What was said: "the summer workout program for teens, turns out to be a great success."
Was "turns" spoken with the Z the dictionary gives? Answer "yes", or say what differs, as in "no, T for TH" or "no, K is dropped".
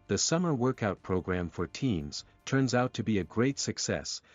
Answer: yes